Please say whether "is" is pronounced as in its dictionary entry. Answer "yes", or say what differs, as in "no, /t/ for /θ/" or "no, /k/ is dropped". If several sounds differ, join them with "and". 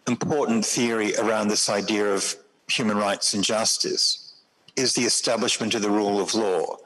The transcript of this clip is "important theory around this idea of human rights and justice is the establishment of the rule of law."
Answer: yes